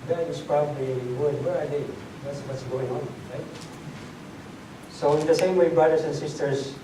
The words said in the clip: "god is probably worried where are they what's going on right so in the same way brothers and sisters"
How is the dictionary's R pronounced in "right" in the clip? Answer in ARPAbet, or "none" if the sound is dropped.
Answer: R